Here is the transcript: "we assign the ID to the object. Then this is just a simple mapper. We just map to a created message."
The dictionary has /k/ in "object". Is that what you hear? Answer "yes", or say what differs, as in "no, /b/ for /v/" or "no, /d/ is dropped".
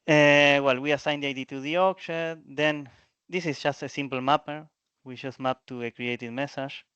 no, /k/ is dropped